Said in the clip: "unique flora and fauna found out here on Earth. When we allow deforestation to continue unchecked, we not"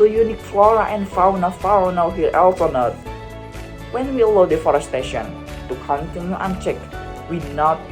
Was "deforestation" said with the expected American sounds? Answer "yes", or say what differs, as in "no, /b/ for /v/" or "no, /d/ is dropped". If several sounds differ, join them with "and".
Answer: yes